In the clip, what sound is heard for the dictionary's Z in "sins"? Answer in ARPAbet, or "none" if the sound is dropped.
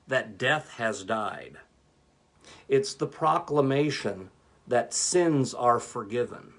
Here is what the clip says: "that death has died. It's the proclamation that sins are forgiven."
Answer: Z